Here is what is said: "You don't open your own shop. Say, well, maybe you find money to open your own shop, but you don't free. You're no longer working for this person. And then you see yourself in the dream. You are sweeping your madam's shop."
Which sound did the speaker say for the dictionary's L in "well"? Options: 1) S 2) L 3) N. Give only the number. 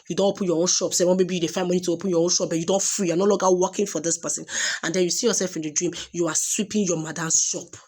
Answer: 3